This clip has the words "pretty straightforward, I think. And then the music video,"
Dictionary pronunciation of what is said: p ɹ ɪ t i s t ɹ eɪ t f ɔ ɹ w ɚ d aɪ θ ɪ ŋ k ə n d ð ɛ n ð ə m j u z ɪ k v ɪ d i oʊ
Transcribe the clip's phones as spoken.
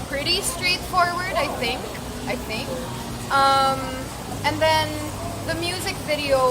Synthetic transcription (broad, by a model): p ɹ ɪ t i s t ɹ eɪ t f ɔ ɹ w ɚ d aɪ θ ɪ ŋ k ə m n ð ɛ n ð ə m j u z ɪ k v ɪ d i oʊ